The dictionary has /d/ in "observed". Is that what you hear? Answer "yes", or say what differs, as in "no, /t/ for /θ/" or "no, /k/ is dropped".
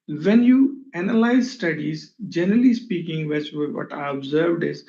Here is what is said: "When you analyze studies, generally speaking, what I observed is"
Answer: yes